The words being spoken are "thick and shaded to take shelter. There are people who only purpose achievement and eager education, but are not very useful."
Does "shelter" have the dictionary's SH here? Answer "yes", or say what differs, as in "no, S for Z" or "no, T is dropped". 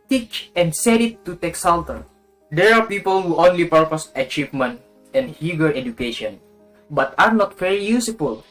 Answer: no, S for SH